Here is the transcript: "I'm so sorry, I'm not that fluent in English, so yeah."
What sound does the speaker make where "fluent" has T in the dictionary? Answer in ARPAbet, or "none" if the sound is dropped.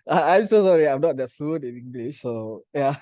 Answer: none